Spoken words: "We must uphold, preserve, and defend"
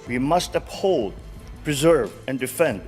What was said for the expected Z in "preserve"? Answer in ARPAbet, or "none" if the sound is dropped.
Z